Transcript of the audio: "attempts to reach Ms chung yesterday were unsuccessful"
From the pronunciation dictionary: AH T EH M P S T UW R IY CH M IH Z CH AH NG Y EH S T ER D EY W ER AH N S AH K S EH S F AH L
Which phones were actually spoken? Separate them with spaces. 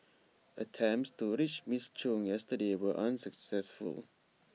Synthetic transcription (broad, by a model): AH T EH M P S T UW R IY CH M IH S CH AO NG Y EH S T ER D EY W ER AH N S AH K S EH S F AH L